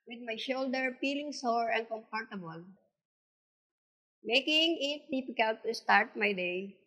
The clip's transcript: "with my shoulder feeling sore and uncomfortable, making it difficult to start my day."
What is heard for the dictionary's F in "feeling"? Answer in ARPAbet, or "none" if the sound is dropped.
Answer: P